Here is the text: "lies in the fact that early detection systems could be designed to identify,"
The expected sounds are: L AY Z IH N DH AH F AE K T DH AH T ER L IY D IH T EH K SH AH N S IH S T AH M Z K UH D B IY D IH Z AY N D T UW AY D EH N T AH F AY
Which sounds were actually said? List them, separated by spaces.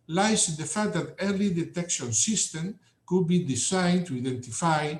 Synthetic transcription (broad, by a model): L AY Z IH N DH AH F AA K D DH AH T ER L IY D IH T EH K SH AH N S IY S T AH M K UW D B IY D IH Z AY N T UW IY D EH N T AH F AY